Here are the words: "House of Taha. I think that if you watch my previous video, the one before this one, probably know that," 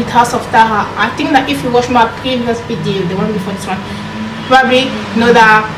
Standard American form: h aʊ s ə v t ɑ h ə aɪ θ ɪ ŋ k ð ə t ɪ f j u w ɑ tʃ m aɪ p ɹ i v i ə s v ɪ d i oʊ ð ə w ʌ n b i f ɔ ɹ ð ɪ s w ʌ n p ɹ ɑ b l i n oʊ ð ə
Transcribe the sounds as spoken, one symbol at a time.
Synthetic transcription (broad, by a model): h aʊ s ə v t ɑ h ə aɪ t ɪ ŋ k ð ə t ɪ f j u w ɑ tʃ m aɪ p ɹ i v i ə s b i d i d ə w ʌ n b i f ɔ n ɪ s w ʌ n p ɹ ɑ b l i n oʊ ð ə